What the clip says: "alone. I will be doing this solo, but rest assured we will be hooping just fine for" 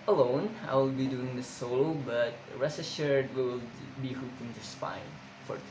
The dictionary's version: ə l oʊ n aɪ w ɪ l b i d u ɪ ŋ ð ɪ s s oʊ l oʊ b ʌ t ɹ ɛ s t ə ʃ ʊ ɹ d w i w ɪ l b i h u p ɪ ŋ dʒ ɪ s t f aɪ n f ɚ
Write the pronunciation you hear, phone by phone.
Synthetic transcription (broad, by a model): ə l oʊ n aɪ w ɪ l b i d u ɪ ŋ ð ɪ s s oʊ l oʊ b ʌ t ɹ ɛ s ə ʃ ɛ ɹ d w w ɪ l b i h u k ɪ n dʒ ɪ s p aɪ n f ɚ